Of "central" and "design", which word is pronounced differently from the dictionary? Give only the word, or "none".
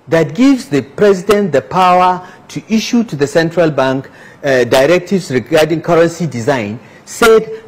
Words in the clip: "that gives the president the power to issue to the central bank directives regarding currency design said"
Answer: none